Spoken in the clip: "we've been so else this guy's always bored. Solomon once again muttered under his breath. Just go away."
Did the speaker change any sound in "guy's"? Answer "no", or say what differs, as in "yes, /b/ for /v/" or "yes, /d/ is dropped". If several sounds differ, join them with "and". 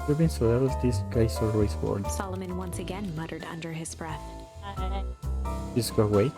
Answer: yes, /s/ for /z/